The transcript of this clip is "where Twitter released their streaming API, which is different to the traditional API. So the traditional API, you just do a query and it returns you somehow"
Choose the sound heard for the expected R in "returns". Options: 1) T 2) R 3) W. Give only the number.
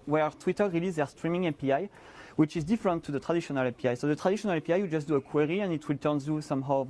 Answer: 3